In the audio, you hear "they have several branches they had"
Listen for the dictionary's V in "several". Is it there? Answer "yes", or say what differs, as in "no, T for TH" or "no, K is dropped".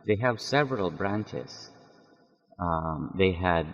yes